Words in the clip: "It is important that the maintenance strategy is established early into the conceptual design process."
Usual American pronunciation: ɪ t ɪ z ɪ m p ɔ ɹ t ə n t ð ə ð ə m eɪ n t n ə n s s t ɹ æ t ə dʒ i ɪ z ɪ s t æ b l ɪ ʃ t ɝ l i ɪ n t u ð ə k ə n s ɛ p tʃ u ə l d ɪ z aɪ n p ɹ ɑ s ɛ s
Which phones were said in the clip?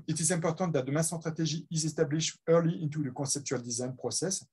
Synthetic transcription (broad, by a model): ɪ t ɪ z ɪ p ɔ ɹ t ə t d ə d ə m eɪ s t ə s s t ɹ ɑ t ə ʒ i ɪ z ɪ s t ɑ b l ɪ ʃ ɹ l i ɪ n t u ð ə k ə s ɛ p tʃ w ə l d ɪ z aɪ n p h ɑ s ɛ s